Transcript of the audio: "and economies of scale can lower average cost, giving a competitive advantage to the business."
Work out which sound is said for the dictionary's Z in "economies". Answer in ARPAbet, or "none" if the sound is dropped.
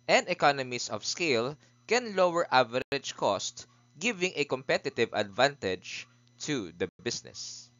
S